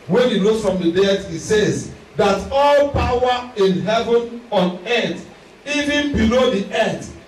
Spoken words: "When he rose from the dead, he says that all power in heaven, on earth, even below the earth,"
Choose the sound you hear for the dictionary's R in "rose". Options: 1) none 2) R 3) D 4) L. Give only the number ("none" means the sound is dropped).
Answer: 4